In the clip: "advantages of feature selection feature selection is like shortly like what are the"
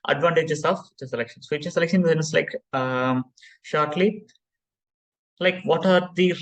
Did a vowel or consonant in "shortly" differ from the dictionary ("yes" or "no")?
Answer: no